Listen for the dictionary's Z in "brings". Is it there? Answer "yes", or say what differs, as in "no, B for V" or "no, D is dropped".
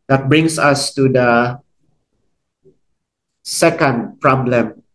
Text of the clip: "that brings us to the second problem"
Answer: no, S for Z